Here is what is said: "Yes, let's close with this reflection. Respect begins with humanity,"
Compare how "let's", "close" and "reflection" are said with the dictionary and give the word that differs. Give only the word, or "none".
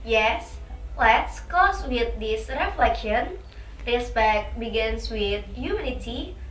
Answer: close